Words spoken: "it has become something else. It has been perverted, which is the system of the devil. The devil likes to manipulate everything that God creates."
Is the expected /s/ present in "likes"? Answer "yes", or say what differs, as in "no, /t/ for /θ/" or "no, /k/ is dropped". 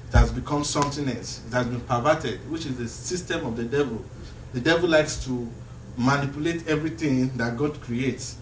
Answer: yes